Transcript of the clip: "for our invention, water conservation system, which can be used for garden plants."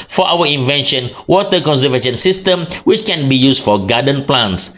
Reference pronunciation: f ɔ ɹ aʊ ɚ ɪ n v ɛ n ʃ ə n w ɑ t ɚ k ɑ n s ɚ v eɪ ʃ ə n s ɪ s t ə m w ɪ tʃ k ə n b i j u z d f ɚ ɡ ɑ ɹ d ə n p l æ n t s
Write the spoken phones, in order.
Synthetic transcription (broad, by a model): f ɔ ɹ aʊ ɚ ɪ n v ɛ n ʃ ə n w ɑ t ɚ k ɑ n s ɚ v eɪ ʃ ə n s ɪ s t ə m w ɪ tʃ k ə n b i j u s f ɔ ɡ ɑ d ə n p l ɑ n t s